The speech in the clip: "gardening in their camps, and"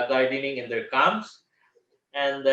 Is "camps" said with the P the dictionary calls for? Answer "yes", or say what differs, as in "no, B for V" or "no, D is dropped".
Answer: no, P is dropped